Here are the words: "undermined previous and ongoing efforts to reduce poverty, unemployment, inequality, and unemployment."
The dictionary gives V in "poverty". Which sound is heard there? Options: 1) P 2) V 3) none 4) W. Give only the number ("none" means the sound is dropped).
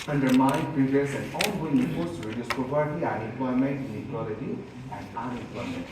1